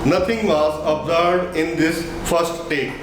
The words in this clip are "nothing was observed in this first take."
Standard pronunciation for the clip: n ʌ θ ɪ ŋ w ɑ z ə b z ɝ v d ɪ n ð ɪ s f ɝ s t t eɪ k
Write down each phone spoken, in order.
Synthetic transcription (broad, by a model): n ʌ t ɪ ŋ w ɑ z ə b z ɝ d ɪ n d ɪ s f ɝ s t t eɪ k